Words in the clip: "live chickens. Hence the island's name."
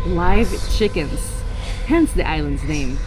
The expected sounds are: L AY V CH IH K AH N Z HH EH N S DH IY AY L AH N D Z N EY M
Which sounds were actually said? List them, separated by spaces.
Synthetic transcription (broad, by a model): L AY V CH IH K AH N Z HH EH N S DH IY AY L AH N D Z N EY M